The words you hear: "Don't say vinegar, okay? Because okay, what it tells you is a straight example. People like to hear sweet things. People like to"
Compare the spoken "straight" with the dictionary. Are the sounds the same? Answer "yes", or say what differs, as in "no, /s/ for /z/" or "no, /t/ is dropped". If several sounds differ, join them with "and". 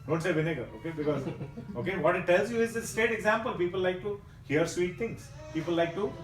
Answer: no, /ɹ/ is dropped